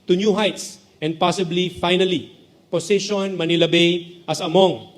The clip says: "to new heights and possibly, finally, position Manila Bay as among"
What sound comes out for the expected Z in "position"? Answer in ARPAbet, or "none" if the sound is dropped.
S